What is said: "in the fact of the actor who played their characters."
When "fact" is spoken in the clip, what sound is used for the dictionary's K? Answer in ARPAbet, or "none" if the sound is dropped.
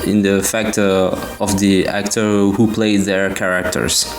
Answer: K